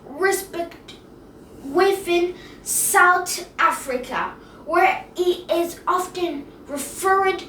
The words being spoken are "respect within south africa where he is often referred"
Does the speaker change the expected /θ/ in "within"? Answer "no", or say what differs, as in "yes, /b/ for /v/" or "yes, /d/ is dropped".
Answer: yes, /f/ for /θ/